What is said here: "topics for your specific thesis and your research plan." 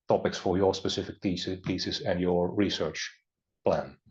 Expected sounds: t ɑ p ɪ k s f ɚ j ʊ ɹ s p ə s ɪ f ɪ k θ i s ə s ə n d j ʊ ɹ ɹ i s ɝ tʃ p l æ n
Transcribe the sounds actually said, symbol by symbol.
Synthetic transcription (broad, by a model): t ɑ p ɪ k s f ɚ j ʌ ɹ s p ə s ɪ f ɪ k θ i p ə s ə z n j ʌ ɹ ɹ i s ɝ tʃ p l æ n